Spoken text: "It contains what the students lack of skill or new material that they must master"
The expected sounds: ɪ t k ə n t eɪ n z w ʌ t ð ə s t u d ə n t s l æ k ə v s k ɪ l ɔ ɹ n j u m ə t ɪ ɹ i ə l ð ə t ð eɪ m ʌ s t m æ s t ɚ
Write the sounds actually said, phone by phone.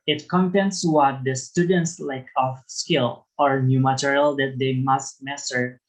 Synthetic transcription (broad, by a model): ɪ t k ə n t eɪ n s w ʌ t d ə s t u d ə n t s l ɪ k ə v s k ɪ l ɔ ɹ n j u m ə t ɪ ɹ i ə l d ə t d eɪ m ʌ s t m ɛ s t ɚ